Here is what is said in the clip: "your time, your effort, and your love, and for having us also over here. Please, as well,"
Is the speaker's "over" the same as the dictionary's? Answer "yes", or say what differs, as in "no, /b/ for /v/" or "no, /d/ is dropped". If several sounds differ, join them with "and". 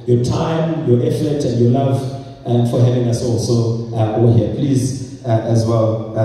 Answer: no, /w/ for /v/